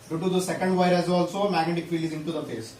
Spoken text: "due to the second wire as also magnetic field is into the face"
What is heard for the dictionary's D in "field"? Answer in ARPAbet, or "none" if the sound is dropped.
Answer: none